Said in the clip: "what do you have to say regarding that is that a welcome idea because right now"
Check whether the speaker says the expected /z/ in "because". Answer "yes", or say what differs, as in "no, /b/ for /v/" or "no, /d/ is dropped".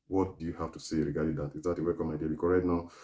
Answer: no, /z/ is dropped